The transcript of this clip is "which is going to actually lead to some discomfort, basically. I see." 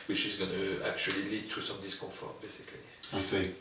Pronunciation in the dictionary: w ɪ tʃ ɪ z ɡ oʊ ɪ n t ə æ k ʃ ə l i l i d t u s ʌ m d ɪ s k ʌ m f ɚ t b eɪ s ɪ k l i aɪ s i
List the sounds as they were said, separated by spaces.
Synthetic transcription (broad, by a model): w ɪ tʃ ɪ z ɡ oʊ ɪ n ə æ k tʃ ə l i l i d t u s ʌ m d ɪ s k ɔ f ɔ b eɪ s ɪ k l i aɪ s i